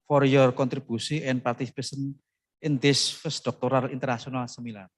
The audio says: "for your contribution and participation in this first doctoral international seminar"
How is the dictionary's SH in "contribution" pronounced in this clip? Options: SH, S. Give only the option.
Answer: S